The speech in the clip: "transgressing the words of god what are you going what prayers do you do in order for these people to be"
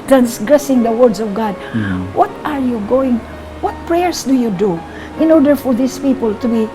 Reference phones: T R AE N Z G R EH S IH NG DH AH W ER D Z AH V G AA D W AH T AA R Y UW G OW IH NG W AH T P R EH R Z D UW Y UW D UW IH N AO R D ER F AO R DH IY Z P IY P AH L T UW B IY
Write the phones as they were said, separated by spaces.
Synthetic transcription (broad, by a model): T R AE N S G R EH S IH NG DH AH W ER D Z AH V G AA D W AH T AA R Y UW G OW IH NG W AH T P R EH R S D UW Y UW D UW IH N AO R D ER F AO R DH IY S P IY P AH L T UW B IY